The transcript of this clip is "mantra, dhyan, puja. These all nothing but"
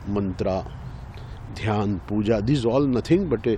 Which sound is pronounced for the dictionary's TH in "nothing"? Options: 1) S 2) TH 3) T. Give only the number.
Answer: 3